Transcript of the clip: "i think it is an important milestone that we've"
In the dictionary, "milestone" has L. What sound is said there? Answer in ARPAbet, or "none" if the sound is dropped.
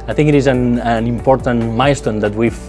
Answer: none